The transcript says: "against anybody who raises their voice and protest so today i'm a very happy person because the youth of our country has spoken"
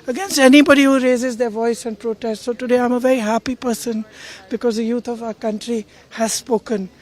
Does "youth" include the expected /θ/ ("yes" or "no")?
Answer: no